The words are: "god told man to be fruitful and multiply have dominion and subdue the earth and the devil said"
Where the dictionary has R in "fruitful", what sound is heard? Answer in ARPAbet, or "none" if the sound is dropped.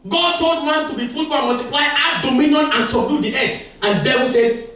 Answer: none